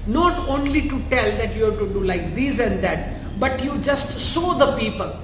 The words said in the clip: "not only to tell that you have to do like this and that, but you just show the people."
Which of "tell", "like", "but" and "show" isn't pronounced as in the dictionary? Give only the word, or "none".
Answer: show